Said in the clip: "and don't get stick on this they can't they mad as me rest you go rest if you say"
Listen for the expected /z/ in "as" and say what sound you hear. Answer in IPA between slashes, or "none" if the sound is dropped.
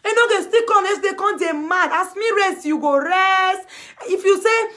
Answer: /s/